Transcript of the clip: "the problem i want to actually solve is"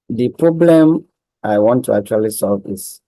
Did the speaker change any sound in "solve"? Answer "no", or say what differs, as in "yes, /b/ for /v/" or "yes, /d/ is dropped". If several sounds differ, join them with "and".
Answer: no